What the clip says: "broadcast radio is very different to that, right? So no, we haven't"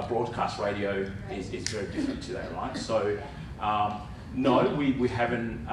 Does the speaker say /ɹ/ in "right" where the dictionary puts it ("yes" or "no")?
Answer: no